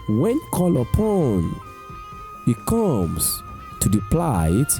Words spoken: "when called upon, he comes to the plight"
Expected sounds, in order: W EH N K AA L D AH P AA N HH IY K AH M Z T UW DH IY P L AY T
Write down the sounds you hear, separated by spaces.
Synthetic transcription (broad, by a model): W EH N K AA L AH P AA N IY K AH M S T UW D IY P L AY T